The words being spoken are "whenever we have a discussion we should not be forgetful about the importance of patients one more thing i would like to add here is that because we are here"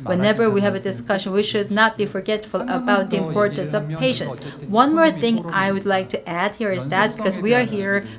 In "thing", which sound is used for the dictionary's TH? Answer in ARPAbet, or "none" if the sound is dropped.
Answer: TH